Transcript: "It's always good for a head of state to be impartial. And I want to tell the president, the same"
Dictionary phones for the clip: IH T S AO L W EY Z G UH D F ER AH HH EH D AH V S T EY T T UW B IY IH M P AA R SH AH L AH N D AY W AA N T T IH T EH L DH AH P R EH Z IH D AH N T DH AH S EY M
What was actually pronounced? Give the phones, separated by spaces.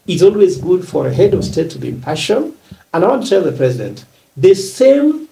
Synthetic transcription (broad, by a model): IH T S AO L W EY Z G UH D F ER AH HH EH D AH V S T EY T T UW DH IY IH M P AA SH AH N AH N AY W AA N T T IH T EH L DH AH P R EH Z IH D AH N T DH AH S EY M